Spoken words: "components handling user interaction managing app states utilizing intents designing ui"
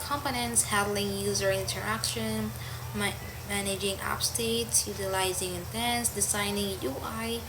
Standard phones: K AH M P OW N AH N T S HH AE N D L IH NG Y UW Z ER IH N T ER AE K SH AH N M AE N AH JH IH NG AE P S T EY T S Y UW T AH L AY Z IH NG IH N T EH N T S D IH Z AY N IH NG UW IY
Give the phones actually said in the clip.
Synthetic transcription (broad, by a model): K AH M P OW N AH N T S HH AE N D L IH NG Y UW Z ER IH N T ER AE K SH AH N M AE N AH JH IH NG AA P S T EY T S Y UW T AH L AY Z IH NG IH N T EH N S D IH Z AY N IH NG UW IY